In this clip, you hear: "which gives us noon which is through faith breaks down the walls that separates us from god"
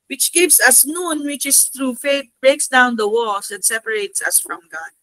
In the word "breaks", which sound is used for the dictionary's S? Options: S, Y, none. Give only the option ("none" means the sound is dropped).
S